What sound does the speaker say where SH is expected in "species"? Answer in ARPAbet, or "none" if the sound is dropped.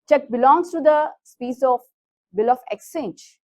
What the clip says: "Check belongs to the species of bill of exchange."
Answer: S